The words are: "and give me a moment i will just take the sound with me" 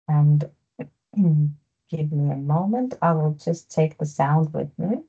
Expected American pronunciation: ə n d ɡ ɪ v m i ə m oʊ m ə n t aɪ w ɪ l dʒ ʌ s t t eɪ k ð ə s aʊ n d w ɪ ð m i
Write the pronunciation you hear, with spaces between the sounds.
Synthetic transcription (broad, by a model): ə n ɡ ɪ v m i ə m oʊ m ə n t aɪ w ɪ l dʒ ʌ s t t eɪ k ð ə s aʊ n d w ɪ ð m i